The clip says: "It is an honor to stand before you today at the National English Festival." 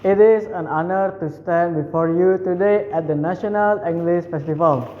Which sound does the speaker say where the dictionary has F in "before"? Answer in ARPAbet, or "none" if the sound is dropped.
F